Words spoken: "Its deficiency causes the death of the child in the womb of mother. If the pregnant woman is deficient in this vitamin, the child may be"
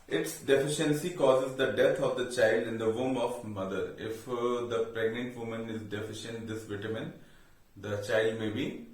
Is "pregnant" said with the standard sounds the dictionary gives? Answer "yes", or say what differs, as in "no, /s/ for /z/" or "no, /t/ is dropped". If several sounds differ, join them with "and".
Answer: yes